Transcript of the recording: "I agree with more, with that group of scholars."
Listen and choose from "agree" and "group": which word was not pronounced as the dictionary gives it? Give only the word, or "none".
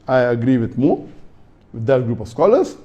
none